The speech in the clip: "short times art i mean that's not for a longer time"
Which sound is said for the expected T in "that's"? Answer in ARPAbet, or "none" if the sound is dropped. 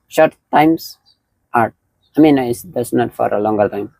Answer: S